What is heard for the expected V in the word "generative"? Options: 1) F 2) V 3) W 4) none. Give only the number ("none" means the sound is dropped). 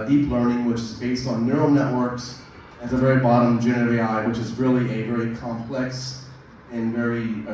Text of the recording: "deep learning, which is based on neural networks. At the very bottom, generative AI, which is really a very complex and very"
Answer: 4